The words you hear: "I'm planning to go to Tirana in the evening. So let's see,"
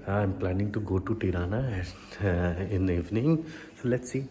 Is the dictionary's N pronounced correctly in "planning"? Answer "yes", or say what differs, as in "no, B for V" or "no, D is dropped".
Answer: yes